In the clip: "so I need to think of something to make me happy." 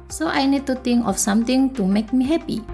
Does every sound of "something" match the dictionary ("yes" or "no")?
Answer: no